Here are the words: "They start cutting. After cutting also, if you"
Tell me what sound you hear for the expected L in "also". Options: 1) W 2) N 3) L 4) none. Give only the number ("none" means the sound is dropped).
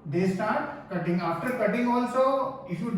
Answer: 3